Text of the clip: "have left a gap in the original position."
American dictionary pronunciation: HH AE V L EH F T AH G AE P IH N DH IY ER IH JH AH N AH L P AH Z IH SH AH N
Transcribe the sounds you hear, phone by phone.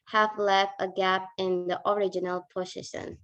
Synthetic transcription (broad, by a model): HH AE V L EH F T AH G AE P IH N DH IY ER IH JH AH N AH L P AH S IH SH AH N